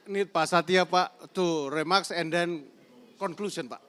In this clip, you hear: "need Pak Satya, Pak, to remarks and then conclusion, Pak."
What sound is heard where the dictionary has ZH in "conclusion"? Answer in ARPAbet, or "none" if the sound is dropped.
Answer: S